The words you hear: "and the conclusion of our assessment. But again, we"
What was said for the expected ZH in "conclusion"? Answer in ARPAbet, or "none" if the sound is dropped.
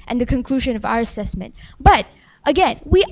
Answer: ZH